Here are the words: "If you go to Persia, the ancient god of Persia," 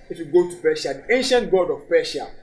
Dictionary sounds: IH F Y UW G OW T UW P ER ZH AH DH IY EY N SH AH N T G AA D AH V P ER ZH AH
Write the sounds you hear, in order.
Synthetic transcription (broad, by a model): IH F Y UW G OW T UW P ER SH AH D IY EY N SH AH N T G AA D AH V P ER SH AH